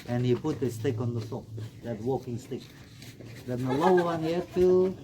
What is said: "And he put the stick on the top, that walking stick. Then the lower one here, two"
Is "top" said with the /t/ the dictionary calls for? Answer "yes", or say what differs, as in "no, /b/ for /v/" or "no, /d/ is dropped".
no, /s/ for /t/